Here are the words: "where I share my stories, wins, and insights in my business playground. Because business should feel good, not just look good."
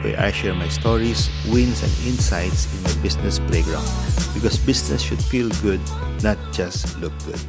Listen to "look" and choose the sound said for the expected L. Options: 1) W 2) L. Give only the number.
2